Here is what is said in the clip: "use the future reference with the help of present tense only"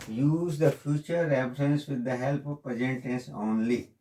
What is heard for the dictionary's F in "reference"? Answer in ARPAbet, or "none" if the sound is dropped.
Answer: P